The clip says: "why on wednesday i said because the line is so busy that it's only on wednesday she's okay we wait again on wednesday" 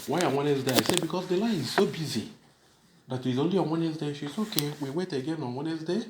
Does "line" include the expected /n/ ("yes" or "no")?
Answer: no